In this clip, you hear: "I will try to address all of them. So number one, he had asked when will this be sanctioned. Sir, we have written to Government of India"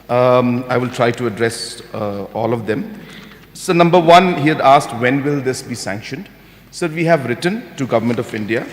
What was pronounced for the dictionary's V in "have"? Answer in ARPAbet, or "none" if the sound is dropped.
V